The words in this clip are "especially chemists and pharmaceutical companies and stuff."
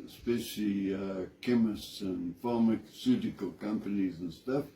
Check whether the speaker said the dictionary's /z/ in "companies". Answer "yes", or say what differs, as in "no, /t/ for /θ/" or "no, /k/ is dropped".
yes